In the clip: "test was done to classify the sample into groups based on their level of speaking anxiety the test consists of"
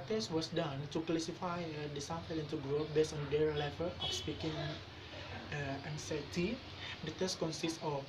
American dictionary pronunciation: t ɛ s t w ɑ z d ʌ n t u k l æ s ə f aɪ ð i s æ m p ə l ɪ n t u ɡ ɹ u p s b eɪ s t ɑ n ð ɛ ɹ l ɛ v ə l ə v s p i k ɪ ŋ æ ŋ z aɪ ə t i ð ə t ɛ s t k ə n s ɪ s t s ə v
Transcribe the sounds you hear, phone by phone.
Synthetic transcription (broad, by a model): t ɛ s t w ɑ s d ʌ n t u k l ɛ s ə f aɪ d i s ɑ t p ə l ɪ n t u ɡ ɹ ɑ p b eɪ s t ɑ n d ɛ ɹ l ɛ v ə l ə f s p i k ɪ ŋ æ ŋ s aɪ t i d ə t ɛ s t k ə n s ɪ s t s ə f